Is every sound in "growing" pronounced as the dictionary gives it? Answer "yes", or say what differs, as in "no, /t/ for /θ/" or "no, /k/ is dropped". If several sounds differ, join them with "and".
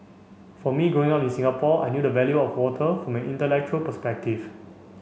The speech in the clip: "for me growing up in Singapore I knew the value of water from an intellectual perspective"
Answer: no, /ɹ/ is dropped